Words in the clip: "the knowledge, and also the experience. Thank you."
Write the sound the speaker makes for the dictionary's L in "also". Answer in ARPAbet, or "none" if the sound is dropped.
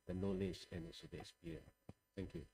none